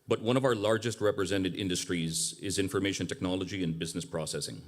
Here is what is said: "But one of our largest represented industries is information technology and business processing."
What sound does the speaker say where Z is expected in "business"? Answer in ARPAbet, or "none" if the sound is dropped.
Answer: Z